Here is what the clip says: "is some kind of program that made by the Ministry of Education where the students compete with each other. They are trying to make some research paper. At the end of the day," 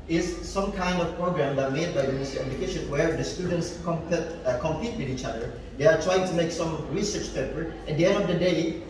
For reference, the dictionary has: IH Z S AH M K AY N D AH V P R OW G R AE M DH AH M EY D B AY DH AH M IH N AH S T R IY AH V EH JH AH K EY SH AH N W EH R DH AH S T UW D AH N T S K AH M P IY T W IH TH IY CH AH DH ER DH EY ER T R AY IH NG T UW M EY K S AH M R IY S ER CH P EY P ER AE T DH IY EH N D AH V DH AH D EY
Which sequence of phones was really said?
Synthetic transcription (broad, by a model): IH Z S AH M K AY N D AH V P R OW G R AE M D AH M EY D B AY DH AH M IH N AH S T IY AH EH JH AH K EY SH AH N W EH R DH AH S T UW D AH N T S K AH M P IY T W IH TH IY CH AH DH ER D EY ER T R AY IH NG T UW M EY K S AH M R IY S ER CH P EY P ER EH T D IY EH N D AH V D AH D EY